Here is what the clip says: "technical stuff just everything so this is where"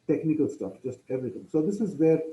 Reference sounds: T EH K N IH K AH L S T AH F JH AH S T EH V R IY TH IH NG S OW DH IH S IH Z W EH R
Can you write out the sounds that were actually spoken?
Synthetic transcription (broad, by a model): T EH K N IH K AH L S T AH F JH AH S T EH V R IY T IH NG S OW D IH S IH Z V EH R